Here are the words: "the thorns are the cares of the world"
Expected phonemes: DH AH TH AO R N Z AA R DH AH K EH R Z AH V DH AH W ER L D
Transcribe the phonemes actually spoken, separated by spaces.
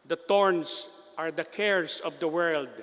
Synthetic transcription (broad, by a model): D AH T AO R N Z AA R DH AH K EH R S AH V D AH W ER L D